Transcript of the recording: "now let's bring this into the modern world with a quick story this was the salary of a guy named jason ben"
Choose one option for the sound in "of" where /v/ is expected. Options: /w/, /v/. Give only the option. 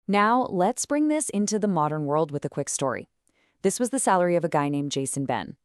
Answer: /v/